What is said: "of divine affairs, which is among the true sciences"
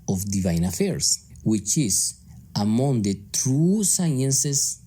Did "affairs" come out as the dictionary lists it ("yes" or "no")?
no